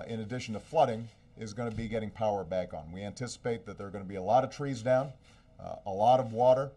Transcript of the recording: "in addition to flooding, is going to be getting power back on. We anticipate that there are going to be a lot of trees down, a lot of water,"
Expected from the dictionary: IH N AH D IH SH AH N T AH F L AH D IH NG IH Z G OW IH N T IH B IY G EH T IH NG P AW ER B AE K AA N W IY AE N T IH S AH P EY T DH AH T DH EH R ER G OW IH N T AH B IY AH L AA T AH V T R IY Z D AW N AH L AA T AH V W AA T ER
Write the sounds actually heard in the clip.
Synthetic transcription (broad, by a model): IH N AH D IH SH N T AH F L AH D IH NG IH Z G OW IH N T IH B IY G EH T IH NG P AW ER B AE K N W IY AE N T IH S AH P EY T DH AH T DH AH R G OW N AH B IY AH L AA T AH V T R IY Z D AW N AH L AA T AH V W AA T ER